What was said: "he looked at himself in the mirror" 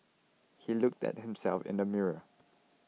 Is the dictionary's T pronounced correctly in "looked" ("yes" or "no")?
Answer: yes